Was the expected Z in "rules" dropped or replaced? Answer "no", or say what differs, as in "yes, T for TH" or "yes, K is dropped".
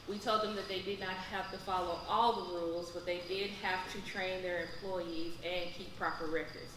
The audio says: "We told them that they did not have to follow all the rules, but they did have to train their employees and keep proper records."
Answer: no